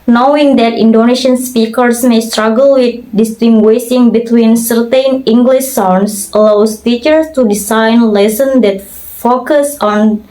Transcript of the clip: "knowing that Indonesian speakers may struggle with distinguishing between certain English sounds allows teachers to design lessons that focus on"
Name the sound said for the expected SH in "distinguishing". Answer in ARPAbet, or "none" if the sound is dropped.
S